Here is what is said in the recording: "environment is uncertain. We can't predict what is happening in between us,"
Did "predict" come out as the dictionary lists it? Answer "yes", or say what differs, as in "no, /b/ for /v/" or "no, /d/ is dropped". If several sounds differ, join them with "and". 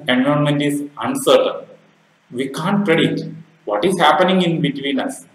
no, /k/ is dropped